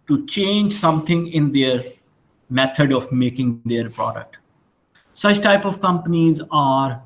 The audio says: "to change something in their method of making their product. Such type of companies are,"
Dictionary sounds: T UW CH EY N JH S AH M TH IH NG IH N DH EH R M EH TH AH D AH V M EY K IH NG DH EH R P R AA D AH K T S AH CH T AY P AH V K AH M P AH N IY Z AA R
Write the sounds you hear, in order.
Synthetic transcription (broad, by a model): T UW CH EY N JH S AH M T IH NG IH N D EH R M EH T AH D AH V M EY K IH NG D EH R P R AA D AH K T S AH CH T AY P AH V K AH M P AH N IY Z AA R